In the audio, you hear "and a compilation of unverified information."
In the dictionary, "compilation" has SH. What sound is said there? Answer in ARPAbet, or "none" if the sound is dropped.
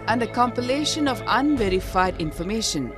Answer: SH